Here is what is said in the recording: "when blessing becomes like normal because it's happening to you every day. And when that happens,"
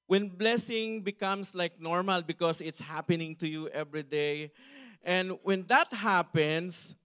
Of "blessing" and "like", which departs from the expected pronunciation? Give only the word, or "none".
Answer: none